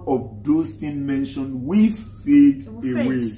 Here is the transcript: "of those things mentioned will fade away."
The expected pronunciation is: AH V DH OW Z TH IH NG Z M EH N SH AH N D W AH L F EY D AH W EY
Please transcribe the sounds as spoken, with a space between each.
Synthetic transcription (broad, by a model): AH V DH OW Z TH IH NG M EH N SH AH N D W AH F EY D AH W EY